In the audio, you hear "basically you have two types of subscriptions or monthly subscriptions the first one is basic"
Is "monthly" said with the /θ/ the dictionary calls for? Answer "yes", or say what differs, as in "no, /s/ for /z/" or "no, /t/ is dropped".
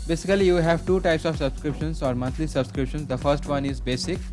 no, /t/ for /θ/